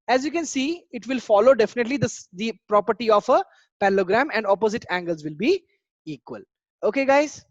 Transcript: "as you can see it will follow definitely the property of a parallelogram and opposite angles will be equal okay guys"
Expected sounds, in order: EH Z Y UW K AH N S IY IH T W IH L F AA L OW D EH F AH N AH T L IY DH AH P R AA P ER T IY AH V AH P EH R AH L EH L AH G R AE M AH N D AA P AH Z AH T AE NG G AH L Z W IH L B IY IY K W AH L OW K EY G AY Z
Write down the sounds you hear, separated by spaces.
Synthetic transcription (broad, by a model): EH Z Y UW K AH N S IY IH T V IH L F AA L OW D EH F AH N AH T L IY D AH P R AA P ER T IY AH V AH P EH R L L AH G R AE M AH N D AA P AH Z AH T AE NG G AH L Z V IH L B IY IY K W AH L OW K EY G AY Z